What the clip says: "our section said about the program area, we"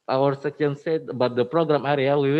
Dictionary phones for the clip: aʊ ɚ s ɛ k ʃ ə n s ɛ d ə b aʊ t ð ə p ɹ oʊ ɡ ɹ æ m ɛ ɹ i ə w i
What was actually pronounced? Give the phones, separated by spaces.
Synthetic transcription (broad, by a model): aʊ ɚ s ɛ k ə n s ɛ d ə b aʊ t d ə p ɹ oʊ ɡ ɹ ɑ m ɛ ɹ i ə w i